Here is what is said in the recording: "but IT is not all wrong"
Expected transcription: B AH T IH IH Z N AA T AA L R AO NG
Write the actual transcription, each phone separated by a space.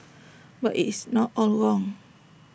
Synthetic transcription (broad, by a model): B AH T IH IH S N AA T AA L W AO NG